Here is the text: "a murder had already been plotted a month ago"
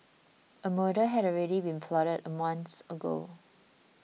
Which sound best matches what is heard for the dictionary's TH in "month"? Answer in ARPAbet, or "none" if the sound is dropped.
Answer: S